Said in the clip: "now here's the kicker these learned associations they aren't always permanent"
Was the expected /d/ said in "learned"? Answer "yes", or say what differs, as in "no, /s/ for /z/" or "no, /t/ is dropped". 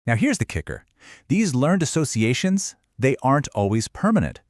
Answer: yes